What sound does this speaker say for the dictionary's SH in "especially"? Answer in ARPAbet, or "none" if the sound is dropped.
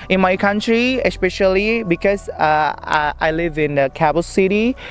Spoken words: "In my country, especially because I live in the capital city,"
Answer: SH